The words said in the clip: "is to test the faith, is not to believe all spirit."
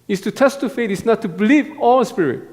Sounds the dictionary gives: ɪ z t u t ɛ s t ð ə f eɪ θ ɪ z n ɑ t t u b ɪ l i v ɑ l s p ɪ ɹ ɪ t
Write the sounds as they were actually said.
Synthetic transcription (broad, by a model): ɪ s t u t ɛ s t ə f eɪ t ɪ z n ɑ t t u b ɪ l i v ɑ l s p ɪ ɹ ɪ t